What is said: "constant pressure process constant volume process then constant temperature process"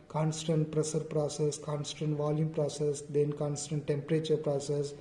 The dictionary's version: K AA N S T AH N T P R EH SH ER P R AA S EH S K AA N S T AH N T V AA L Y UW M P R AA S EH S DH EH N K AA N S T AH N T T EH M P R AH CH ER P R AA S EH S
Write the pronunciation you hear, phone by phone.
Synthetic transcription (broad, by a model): K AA N S T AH N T P R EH S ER P R AA S EH S K AA N S T AH N T V AA L Y UW M P R AA S EH S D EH N K AA N S T AH N T T EH M P R AH CH ER P R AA S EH S